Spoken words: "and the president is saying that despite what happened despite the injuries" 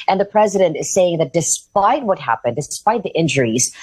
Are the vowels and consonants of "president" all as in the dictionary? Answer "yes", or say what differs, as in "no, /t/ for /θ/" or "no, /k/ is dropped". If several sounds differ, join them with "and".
yes